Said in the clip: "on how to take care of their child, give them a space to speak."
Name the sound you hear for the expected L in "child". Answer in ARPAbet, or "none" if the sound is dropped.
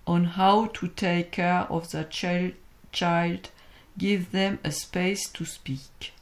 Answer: L